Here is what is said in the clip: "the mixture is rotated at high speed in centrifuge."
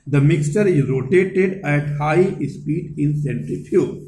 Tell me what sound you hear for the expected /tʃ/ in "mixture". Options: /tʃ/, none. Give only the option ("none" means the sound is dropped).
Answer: /tʃ/